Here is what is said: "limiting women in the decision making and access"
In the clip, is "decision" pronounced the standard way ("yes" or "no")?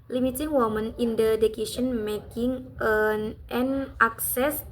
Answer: no